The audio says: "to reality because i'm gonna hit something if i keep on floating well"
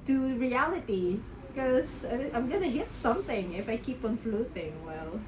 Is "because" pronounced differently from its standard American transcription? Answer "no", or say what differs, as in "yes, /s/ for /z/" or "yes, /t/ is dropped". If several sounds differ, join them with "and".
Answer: yes, /z/ is dropped